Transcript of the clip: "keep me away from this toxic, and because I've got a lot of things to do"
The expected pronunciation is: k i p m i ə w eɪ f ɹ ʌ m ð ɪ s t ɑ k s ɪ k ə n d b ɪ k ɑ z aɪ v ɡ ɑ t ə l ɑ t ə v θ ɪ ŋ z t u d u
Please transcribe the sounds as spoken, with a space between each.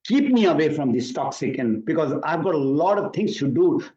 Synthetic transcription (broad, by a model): k i p m i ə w eɪ f ɹ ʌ m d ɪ s t ɑ k s ɪ k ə n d b ɪ k ɑ z aɪ v ɡ ɑ t ə l ɑ t ə v t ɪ ŋ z t u d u